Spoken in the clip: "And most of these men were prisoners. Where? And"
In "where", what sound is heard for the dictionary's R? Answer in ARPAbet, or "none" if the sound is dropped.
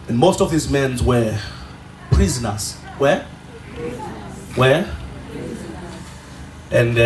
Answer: W